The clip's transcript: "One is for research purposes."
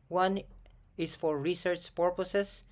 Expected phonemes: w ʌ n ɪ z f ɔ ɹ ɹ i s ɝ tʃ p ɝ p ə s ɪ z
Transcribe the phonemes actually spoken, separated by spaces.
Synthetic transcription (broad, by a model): w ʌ n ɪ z f ɔ ɹ ɹ i s ɝ tʃ p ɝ p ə s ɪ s